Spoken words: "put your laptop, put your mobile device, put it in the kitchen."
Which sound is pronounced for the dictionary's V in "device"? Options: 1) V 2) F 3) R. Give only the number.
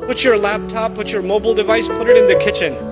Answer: 1